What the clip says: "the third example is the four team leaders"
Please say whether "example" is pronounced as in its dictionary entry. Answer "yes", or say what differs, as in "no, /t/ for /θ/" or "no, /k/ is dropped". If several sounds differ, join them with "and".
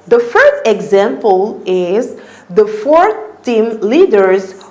yes